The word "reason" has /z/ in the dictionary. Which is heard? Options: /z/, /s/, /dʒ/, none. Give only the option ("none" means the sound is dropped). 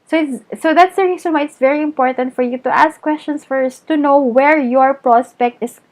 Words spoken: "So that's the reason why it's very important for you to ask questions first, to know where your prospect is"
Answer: /s/